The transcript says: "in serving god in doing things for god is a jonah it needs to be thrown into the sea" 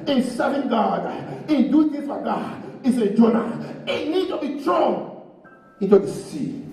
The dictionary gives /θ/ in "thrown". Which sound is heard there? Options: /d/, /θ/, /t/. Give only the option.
/t/